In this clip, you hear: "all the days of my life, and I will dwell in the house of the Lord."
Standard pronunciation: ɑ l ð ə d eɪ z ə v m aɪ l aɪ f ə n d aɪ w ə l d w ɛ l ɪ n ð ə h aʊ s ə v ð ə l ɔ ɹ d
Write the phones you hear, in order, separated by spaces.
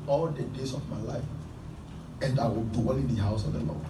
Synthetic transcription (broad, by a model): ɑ l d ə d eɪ s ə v m aɪ l aɪ f ə n d aɪ w ə l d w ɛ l ɪ n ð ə h aʊ s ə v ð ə l ɔ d